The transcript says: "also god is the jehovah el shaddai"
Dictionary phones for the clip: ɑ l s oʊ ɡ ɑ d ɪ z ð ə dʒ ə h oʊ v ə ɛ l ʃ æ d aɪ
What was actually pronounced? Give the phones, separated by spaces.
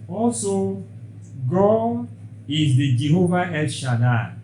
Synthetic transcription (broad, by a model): ɑ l s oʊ ɡ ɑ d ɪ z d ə dʒ ə h oʊ v ə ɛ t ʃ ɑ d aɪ